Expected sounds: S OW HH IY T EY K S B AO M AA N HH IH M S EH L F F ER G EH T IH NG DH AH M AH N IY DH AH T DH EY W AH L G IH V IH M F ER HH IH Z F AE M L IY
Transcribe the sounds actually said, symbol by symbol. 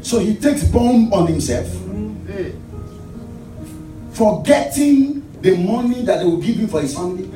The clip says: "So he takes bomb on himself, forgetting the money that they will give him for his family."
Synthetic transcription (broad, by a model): S OW HH IY T EY K S B AO M AA N HH IH M S EH L F F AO G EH T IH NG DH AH M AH N IY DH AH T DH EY W AH L G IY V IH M F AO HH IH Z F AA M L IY